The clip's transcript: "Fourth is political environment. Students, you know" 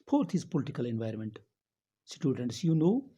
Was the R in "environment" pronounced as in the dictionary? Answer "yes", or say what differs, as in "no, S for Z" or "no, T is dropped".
yes